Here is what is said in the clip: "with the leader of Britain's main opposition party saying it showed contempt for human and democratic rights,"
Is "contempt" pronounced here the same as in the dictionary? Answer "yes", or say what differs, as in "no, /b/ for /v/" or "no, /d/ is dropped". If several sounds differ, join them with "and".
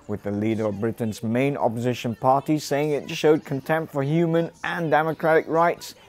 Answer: yes